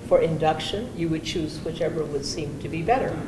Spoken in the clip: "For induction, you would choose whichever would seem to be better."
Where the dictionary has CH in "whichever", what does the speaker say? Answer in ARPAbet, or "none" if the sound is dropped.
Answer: CH